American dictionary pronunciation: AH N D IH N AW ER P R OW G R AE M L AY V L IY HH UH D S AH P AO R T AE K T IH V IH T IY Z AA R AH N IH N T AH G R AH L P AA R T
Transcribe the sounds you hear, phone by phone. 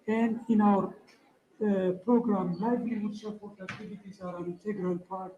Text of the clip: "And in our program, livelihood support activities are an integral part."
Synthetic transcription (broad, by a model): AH N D IH N AW ER P R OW G R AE M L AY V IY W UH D S AH P AO R T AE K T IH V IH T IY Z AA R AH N IH N T AH G R AH L P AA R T